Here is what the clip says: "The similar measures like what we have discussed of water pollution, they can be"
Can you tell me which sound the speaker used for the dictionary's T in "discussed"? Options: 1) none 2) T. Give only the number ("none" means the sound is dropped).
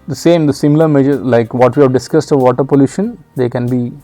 2